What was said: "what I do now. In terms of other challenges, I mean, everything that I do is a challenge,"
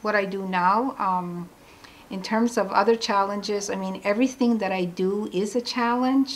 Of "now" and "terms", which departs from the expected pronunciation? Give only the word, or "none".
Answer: none